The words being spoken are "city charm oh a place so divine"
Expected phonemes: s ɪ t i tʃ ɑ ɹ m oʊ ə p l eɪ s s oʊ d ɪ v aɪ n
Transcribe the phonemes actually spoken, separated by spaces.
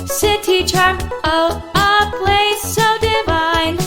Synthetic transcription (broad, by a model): s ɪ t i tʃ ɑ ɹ oʊ ə p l eɪ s s oʊ d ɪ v aɪ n